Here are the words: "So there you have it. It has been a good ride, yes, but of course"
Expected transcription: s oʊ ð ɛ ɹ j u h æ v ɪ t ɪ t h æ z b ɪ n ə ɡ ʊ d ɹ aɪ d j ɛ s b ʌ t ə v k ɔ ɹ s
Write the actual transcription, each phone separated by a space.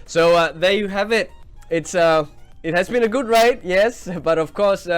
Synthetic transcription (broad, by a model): s oʊ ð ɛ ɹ j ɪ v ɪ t ɪ t ɪ t h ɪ z b ɪ n ə ɡ ʊ d ɹ aɪ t j ɛ s b ʌ t ə v k ɔ ɹ s